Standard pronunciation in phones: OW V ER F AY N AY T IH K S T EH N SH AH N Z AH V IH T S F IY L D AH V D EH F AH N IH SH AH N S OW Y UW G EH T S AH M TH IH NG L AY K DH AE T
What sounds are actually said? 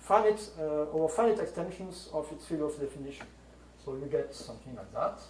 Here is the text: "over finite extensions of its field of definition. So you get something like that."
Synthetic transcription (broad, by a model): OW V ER F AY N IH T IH K S T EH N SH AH N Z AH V IH T S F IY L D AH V D EH F AH N IH SH AH N S OW Y UW G EH T S AH M TH IH NG L AY K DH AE T